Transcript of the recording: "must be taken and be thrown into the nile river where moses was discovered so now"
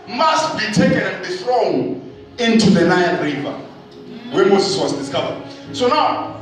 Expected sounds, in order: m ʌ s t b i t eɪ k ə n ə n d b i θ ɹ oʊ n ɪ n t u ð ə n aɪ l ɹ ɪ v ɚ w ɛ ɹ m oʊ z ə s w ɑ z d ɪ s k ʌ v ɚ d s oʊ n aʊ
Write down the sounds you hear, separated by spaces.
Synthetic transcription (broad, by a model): m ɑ s t b i t eɪ k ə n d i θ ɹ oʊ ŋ ɪ n t u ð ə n aɪ n ɹ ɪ v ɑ w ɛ m oʊ z ə s w ɑ z d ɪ s k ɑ v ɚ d s oʊ n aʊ